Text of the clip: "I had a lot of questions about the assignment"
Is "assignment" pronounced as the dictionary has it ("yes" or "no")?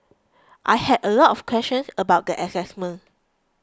no